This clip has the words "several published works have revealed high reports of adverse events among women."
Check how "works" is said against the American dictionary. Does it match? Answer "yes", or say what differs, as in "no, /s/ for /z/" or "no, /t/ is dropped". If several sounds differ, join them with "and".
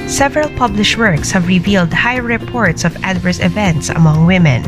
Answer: yes